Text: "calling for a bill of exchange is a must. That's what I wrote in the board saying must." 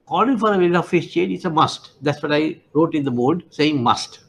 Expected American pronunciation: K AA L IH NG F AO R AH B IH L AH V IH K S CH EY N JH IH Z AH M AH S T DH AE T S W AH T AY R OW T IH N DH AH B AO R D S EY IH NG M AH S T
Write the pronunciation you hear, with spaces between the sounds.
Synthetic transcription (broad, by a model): K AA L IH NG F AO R AH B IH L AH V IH S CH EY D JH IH S AH M AH S T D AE T S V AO T AY R OW T IH N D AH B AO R D S EY IH NG M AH S T